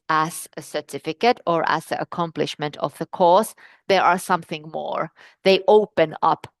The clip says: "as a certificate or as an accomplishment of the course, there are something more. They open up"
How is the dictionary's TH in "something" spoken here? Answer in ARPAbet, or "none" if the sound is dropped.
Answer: TH